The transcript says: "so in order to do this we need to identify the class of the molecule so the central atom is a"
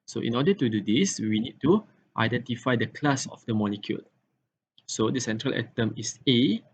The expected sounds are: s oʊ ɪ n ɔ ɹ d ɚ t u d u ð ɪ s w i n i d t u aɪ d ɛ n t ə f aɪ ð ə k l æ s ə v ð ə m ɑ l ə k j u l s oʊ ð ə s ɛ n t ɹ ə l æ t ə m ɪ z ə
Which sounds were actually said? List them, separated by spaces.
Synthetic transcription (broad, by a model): s oʊ ɪ n ɔ d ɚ t u d u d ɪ s w i n i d t u aɪ d ɛ n t ə f aɪ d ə k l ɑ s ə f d ə m ɑ l ə k j u l s oʊ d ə s ɛ n t ɹ ə l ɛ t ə m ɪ s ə